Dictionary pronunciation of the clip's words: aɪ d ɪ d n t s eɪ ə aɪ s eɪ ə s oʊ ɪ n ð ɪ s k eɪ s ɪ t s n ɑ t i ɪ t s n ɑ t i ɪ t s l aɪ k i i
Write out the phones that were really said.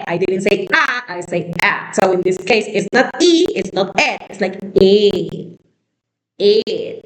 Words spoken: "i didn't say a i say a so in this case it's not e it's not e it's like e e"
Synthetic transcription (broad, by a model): aɪ d ɪ d n t s eɪ ə aɪ s eɪ ə s oʊ ɪ n ð ɪ s k eɪ s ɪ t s n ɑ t i ɪ t s n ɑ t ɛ ɪ t s l aɪ k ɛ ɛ